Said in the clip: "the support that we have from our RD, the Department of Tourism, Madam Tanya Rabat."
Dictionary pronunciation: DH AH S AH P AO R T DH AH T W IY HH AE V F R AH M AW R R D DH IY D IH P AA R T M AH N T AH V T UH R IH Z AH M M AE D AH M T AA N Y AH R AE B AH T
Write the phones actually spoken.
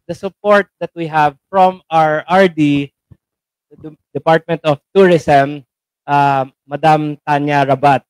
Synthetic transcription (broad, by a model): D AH S AH P AO R T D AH T W IY HH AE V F R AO M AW R R D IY D IH P AA R T M AH N T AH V T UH R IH S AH M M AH D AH M T AA N Y AH R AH B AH T